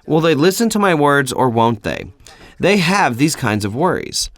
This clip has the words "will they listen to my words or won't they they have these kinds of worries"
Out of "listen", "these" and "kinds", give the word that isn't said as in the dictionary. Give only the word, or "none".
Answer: none